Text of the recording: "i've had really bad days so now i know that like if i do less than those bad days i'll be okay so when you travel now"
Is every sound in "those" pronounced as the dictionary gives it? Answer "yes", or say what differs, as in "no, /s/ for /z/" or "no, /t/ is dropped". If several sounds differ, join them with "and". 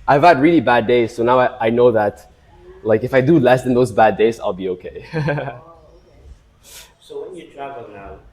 yes